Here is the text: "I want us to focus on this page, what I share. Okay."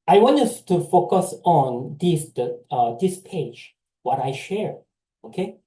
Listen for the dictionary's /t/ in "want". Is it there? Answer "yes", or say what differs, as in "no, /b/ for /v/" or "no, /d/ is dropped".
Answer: no, /t/ is dropped